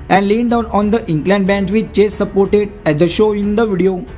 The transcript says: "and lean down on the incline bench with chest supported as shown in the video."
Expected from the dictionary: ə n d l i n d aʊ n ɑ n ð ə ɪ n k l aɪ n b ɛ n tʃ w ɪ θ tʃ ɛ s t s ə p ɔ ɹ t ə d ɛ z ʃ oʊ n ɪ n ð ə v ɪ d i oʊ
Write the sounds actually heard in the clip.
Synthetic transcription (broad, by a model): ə n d l i n d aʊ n ɑ n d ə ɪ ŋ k l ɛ n b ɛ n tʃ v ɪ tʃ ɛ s s ə p ɔ ɹ t ə d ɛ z ʃ oʊ ɪ n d ə v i d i oʊ